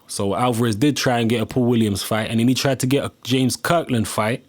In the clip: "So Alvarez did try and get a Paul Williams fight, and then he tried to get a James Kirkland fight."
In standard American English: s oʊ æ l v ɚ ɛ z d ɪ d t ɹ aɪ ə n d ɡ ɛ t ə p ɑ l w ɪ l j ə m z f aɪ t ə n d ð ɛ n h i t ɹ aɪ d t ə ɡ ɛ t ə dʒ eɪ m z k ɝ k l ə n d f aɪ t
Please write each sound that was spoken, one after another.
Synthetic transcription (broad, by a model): s oʊ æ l v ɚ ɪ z d ɪ d t ɹ aɪ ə n ɡ ɛ t ə p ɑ w ɪ l j ə m z f aɪ t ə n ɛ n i t ɹ aɪ d t ə ɡ ɛ t ə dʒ eɪ m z k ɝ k l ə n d f aɪ t